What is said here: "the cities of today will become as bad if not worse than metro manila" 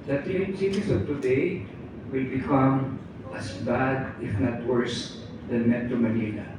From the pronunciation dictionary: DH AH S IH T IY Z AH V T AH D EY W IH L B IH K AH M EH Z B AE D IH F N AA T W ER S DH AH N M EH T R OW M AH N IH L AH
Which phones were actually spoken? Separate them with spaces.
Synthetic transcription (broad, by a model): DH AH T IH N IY S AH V T AH D EY W IH L B IH K AH M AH S B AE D IH F N AA T W ER S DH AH N M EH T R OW M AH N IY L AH